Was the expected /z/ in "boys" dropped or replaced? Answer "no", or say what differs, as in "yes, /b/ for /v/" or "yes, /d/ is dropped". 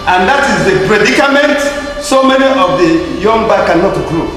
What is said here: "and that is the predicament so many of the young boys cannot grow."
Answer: yes, /z/ is dropped